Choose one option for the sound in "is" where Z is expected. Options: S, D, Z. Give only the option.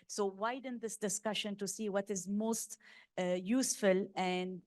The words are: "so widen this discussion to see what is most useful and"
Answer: Z